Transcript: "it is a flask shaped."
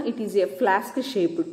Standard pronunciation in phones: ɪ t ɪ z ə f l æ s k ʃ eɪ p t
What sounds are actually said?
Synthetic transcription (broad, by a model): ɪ t ɪ z ə f l æ s k ʃ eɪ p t